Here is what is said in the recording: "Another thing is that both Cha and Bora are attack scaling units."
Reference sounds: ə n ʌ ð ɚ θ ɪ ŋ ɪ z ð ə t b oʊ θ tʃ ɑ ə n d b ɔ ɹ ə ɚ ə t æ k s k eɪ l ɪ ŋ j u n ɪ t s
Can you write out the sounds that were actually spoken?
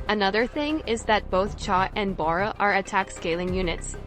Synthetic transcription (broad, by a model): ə n ʌ ð ɚ θ ɪ ŋ ɪ z ð ə t b oʊ θ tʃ ɑ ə n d b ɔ ɹ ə ɚ ə t æ k s k eɪ l ɪ ŋ j u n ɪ t s